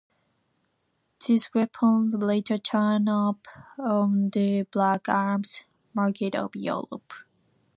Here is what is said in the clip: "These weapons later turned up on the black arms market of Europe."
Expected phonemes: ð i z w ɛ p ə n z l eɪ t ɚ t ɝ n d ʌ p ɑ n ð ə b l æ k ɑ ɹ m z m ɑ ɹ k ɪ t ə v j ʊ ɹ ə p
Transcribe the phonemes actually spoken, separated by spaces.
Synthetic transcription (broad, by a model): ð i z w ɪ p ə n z l eɪ t ɚ t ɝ n ʌ p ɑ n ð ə b l æ k ɑ ɹ m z m ɑ ɹ k ɪ t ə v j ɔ l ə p